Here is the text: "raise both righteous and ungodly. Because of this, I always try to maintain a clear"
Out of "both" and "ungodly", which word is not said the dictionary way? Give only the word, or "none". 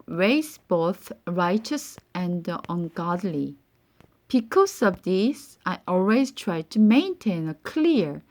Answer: none